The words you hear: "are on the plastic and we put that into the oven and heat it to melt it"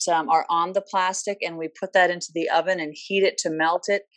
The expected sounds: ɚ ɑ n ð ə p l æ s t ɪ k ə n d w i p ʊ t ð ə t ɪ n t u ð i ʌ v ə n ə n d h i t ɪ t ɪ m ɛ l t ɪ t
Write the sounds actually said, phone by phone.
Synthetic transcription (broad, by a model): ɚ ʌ n ð ə p l æ s t ɪ k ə n w i p ʊ t ð ə t ɪ n t u ð i ʌ v ə n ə n h i t ɪ t ɪ m ɛ l t ɪ t